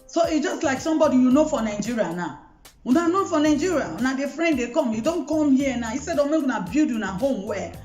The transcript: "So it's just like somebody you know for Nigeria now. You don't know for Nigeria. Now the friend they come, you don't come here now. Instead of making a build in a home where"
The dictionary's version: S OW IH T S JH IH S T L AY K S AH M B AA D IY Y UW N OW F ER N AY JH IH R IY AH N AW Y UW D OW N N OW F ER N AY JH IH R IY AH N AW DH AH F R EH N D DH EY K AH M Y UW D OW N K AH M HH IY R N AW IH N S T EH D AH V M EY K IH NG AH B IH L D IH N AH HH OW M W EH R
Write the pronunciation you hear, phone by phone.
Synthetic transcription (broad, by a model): S OW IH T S JH IH S T L AY K S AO M B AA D IY Y UW N OW F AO N AY JH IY R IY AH N AW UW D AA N N OW F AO N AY JH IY R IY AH N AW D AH F R EH N D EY K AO M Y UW D OW N K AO M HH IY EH N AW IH S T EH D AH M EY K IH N AH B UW D IH N AH HH OW M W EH